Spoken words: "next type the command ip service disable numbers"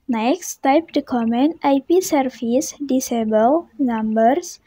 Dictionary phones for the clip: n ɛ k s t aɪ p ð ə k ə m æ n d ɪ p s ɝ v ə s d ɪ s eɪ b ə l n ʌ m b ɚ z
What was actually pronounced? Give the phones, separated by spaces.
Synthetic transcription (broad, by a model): n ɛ k s t aɪ p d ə k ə m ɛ n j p s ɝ f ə s d ɪ s eɪ b ə l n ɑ m b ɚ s